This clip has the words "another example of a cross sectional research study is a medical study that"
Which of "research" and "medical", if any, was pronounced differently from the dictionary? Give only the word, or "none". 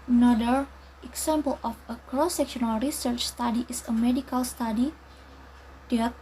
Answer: none